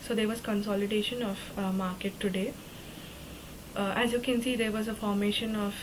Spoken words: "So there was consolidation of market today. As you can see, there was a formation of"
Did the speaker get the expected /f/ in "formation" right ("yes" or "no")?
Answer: yes